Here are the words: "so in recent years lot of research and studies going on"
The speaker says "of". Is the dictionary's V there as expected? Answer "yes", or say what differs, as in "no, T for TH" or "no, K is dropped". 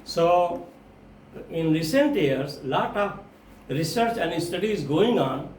no, P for V